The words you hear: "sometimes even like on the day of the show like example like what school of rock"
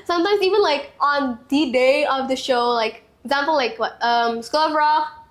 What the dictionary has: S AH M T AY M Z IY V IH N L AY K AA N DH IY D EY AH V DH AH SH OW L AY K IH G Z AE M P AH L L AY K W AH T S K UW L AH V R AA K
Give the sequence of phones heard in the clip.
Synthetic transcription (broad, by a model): S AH M T AY M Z IY V IH N L AY K AA N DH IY D EY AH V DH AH SH OW L AY K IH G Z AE M P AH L L AY K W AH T S K UW L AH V R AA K